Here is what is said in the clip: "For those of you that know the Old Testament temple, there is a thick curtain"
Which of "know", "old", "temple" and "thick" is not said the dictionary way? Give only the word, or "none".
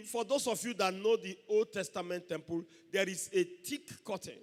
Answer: thick